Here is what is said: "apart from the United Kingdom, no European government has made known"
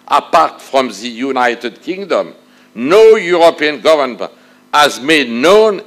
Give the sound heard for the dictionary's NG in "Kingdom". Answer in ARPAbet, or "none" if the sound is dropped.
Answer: NG